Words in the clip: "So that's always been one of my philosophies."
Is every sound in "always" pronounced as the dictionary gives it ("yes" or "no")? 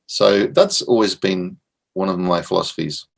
yes